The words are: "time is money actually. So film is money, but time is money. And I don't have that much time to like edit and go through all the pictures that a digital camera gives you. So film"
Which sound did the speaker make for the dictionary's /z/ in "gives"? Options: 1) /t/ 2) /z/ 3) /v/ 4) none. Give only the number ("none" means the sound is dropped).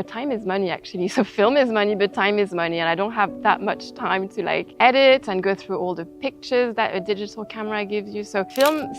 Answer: 2